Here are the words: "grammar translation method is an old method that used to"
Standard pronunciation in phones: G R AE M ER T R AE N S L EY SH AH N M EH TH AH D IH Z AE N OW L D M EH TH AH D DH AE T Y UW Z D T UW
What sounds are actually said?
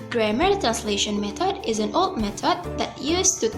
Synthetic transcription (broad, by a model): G R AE M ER T R AE N S L EY SH AH N M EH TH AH D IH Z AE N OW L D M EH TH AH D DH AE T Y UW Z T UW